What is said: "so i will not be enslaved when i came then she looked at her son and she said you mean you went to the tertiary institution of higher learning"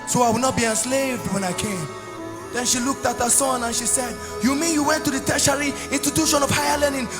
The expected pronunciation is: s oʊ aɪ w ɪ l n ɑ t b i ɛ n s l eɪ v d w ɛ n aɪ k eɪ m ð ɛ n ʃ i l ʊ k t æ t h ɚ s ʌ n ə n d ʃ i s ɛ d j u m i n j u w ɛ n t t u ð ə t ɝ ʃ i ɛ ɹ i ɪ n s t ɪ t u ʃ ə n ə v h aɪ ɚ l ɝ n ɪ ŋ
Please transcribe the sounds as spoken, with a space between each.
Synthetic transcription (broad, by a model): s oʊ aɪ w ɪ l n ɑ t b i ɛ n s l eɪ v d w ɛ n aɪ k eɪ m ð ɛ n ʃ i l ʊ k t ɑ t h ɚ s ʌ n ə n ʃ i s ɛ d j u m i n j u w ɛ n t t u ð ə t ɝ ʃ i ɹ i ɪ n t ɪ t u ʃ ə n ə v h aɪ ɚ l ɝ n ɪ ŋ